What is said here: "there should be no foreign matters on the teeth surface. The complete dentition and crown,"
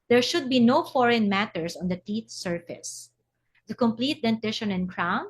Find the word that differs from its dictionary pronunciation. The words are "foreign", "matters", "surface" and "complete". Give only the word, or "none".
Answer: matters